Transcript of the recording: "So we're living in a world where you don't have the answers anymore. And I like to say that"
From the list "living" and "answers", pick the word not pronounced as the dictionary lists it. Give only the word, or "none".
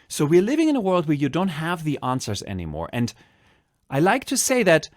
none